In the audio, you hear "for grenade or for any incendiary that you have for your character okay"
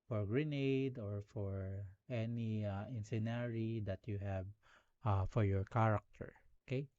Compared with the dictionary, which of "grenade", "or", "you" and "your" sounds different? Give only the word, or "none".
none